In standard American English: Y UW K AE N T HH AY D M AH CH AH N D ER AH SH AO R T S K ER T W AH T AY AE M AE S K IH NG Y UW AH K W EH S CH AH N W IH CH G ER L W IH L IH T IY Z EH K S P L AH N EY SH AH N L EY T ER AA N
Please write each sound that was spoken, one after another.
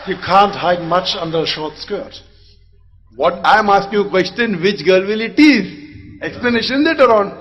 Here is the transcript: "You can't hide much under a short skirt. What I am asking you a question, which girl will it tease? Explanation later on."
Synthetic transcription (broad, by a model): Y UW K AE N T HH AY D M AH CH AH N D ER AH SH AO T S K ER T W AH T AY M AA S K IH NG AH K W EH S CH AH N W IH CH G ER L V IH L IH T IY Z EH K S P L AH N EY SH AH N L EY T ER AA N